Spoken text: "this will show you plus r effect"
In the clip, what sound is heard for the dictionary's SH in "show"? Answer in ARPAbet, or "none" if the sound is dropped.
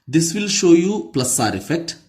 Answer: SH